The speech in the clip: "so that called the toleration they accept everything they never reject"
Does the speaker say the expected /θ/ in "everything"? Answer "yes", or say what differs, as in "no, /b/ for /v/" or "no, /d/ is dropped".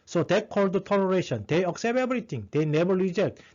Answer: no, /t/ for /θ/